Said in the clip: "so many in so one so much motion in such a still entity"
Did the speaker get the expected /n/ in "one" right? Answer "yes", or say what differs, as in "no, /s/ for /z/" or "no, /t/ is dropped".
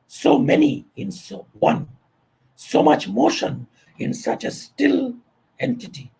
yes